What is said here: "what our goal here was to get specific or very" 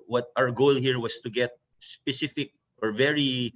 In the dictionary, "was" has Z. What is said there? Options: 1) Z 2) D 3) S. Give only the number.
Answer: 3